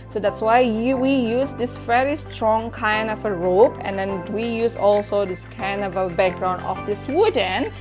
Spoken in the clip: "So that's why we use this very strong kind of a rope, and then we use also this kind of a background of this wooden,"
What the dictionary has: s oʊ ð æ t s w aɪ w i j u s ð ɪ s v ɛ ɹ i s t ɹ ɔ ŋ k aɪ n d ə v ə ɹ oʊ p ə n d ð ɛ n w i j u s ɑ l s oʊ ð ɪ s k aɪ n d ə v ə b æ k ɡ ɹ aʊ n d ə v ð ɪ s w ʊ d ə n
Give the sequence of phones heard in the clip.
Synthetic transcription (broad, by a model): s oʊ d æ t s w aɪ w i j u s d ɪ s v ɛ ɹ i s t ɹ ɔ ŋ k aɪ n d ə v ə ɹ oʊ p ə n d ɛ n w i j u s ɑ l s oʊ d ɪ s k aɪ n d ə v ə b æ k ɡ ɹ aʊ n ə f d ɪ s w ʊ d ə n